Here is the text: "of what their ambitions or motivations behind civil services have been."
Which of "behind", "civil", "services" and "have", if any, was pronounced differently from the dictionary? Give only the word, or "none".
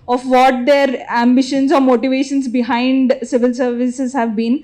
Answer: none